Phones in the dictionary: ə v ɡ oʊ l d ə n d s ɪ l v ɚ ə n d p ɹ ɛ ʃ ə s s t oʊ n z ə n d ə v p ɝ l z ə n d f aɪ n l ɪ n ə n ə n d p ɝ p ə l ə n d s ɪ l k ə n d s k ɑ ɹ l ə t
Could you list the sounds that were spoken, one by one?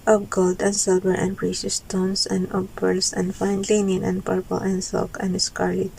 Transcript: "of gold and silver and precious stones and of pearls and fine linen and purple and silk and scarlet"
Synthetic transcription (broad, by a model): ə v ɡ oʊ l d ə n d s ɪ l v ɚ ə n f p ɹ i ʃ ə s s t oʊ n s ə n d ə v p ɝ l s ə n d f aɪ n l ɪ n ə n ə n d p ɝ p ə l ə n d s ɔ k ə n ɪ s k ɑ ɹ l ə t